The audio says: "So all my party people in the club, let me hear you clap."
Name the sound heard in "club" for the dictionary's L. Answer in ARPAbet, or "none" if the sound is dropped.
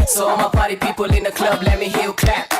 L